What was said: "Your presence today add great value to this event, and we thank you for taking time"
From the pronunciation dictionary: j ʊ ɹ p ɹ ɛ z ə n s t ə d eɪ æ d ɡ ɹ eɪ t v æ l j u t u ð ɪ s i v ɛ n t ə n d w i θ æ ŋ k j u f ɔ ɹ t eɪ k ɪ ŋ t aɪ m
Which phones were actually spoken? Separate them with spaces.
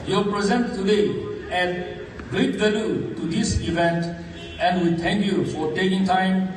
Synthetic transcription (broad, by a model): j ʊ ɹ p ɹ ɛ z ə n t t ə d eɪ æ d ɡ ɹ eɪ t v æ l j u t u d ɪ s i v ɛ n t ə n d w i t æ ŋ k j u f ɔ ɹ t eɪ k ɪ ŋ t aɪ m